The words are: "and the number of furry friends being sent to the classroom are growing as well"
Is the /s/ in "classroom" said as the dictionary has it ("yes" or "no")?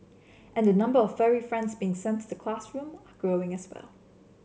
yes